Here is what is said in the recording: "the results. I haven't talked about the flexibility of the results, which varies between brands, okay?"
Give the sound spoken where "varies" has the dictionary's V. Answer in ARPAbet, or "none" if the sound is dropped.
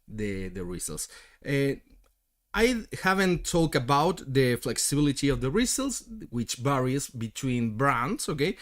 B